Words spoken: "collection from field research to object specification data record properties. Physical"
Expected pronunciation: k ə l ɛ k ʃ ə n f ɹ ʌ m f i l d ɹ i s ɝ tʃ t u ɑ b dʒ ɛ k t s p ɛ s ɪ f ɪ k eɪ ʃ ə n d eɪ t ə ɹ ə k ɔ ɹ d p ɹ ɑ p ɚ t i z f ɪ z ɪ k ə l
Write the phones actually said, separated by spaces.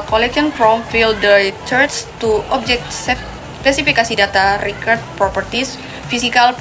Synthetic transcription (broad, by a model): k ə l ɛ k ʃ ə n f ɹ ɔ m f i l d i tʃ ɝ s t u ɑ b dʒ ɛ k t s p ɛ s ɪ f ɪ k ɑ s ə d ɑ t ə ɹ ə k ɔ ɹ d p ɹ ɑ p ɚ t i s f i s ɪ k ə l